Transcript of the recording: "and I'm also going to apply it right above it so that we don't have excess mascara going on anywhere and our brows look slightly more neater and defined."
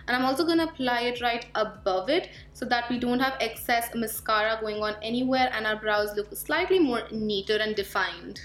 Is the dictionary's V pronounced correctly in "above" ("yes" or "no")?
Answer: yes